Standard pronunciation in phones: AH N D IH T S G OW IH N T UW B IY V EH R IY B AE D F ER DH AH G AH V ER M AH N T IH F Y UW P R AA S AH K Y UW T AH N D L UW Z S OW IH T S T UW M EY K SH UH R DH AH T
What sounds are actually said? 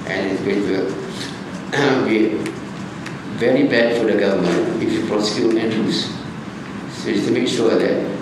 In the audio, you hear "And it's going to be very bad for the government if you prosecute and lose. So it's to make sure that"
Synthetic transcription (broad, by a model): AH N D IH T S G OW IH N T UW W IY V EH R IY B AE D F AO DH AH G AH V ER M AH N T IH F Y UW P R AA S AH K Y UW T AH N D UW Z S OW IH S T UW M EY K SH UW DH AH T